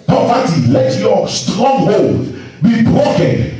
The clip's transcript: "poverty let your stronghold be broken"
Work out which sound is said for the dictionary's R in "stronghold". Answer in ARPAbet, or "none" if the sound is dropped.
R